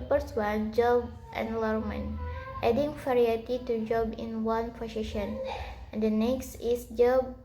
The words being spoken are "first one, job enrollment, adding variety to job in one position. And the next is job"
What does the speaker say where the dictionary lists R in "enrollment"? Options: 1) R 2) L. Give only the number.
2